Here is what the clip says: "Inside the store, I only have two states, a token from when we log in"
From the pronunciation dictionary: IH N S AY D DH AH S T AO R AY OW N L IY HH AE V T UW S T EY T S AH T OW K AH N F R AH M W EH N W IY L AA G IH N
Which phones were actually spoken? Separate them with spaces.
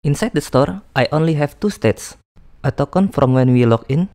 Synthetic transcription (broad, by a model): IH N S AY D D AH S T AO R AY OW N L IY HH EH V T UW S T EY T S AH T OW K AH N F R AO M W EH N W IY L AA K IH N